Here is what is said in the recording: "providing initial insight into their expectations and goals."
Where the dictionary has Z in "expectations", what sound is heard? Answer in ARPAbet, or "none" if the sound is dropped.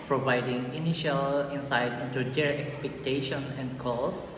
none